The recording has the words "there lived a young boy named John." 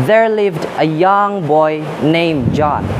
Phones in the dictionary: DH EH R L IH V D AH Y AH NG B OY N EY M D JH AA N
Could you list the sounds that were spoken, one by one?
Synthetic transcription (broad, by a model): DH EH R L IH V D AH Y AH NG B OY N EY M JH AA N